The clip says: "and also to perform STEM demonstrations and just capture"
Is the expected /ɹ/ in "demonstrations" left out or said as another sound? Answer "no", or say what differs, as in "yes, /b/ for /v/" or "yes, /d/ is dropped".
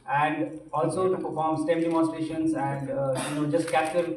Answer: yes, /ɹ/ is dropped